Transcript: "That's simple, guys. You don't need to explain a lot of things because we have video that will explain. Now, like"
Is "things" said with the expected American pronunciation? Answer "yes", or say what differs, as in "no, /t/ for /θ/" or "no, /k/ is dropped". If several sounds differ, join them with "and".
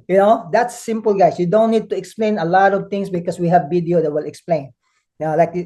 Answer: no, /t/ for /θ/ and /s/ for /z/